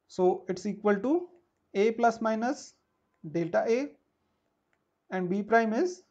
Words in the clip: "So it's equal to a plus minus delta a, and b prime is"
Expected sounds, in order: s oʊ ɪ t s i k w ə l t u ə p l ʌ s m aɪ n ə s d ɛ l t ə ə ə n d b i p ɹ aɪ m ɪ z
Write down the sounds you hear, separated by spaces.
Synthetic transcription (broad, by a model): s oʊ ɪ t s i k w ə l t u ə p l ʌ s m aɪ n ə s d ɛ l t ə ə ə n d b i p ɹ aɪ m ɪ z